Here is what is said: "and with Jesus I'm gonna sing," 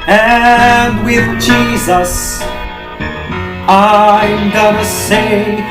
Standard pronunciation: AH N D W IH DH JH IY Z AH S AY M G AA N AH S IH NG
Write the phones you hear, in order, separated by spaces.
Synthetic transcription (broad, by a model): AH N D W IH DH JH IY Z AH S AY M G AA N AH S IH